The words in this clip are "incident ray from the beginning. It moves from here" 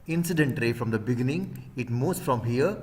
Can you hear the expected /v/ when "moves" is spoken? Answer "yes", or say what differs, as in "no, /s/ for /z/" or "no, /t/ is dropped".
no, /v/ is dropped